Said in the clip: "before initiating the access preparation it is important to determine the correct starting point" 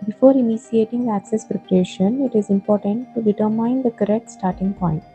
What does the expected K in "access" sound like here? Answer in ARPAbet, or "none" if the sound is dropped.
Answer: K